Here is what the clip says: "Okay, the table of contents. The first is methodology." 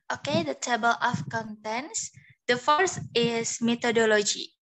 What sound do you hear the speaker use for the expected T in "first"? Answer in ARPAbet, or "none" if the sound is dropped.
none